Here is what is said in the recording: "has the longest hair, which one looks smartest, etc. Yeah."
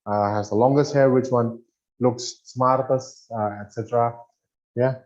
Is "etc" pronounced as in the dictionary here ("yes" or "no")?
yes